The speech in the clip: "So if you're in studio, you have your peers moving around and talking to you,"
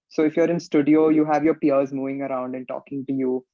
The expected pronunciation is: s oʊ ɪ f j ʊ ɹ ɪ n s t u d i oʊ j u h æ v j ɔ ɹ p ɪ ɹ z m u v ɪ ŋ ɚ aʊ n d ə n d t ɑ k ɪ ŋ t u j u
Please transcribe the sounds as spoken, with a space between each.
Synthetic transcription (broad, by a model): s oʊ ɪ f j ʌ ɹ ɪ n s t u d i oʊ j u h æ v j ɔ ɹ p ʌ ɹ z m u v ɪ ŋ ɚ aʊ n d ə n t ɑ k ɪ ŋ t u j u